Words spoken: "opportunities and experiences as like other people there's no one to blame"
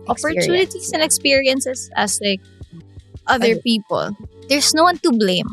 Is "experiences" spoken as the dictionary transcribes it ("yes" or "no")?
no